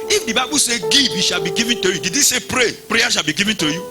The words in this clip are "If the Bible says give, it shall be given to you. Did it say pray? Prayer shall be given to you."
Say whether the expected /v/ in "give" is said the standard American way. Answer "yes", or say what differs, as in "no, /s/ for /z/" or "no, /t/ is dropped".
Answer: no, /b/ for /v/